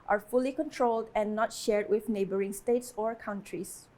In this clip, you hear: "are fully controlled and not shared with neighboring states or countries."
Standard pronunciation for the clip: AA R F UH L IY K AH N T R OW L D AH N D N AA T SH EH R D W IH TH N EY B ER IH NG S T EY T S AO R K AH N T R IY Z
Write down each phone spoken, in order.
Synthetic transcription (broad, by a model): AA R F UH L IY K AH N T R OW L D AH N N AA T SH EH R D W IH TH N EY B ER IH NG S T EY T S AO R K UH N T R IY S